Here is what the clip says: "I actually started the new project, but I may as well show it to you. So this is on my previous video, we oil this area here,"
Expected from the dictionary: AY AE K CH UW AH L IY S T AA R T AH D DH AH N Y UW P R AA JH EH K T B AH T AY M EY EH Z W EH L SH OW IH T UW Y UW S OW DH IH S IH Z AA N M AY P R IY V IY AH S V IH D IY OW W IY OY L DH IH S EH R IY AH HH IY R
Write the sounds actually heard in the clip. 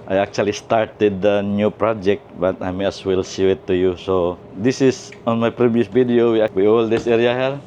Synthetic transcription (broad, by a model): AY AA K CH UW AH L IY S T AA R T AH D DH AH N Y UW P R AA JH EH K T B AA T AY M EY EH S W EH L S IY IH T UW Y UW S OW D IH S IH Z AA N M AY P R IY V IY AH S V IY D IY OW W IY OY L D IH S EH R IY AH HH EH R